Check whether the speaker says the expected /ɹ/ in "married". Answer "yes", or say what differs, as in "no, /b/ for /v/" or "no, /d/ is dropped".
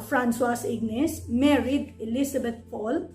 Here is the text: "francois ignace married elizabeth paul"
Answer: yes